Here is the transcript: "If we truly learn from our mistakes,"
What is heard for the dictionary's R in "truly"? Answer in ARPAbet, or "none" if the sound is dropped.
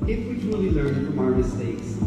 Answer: none